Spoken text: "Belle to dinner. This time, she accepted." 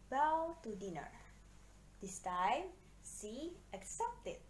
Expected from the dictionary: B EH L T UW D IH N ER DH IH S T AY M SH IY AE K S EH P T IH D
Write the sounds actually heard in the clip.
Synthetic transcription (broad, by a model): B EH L T UW D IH N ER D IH S T AY M S IY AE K S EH P T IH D